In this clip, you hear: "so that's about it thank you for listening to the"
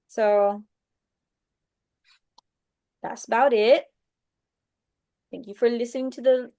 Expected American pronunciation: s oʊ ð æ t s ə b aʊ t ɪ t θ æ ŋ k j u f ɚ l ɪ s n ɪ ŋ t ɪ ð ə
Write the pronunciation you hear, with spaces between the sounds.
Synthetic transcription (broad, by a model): s oʊ ð æ t s ə b aʊ t ɪ t θ æ ŋ k j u f ɚ l ɪ s n ɪ ŋ t ɪ ð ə